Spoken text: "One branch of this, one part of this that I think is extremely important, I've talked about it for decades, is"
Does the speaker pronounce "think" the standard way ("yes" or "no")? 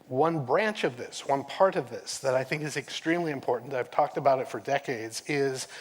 yes